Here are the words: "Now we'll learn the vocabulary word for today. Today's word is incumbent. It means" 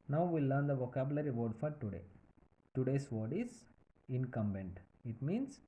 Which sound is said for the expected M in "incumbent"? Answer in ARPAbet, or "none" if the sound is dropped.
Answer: M